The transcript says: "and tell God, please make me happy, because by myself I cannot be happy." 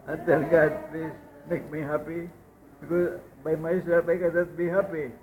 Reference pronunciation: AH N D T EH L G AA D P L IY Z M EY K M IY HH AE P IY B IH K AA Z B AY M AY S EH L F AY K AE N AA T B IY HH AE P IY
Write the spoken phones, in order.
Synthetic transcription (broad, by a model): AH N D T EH N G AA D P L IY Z M EY K M IY HH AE P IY B IH K AA Z B AY M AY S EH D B AY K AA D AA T B IY HH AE P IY